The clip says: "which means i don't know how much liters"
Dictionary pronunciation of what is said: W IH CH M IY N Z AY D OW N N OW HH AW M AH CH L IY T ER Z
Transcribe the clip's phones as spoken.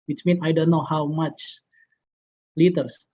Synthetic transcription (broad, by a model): W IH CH M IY N AY D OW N N OW HH AW M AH CH L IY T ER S